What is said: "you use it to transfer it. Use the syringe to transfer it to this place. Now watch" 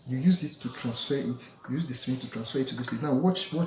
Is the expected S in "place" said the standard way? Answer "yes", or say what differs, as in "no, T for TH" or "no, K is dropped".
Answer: no, S is dropped